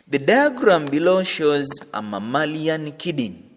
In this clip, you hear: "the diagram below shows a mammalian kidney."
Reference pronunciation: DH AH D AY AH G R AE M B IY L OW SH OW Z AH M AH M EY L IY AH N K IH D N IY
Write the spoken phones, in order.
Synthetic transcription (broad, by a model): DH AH D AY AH G R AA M B IY L OW SH OW Z AH M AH M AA L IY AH N K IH D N